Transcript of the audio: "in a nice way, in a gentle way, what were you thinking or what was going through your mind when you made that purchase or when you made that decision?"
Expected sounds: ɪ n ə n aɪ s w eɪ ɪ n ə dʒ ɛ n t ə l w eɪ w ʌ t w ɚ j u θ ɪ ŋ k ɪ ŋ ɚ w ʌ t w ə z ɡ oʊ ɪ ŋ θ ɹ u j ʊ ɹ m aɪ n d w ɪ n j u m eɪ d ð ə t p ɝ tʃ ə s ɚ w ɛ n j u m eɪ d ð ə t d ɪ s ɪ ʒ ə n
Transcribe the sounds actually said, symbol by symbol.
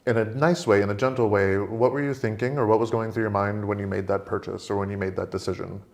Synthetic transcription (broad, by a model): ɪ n ə n aɪ s w eɪ ɪ n ə dʒ ɛ n t l w eɪ w ʌ t w ɚ j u θ ɪ ŋ k ɪ ŋ ɚ w ʌ t w ə z ɡ oʊ ɪ ŋ θ ɹ u j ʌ ɹ m aɪ n d w ɪ n j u m eɪ d ð ə t p ɝ tʃ ə s ɚ w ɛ n j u m eɪ d ð ə t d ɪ s ɪ ʒ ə n